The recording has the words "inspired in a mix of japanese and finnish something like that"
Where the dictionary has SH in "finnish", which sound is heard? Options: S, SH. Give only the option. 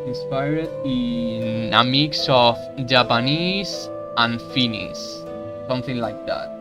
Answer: S